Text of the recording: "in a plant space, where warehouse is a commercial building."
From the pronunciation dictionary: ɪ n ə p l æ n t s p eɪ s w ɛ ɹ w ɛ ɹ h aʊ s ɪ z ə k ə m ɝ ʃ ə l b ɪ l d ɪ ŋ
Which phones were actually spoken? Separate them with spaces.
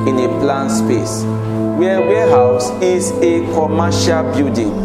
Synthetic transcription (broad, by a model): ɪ n ə p l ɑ n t s p eɪ s w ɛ w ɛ h aʊ s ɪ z ə k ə m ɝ ʃ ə l b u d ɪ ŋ